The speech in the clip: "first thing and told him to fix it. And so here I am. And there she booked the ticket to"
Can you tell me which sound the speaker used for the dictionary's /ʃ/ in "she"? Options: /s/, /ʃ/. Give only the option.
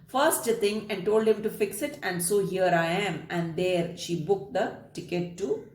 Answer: /ʃ/